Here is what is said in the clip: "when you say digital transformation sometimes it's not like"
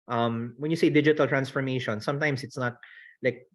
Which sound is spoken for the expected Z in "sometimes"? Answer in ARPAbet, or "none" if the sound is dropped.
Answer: S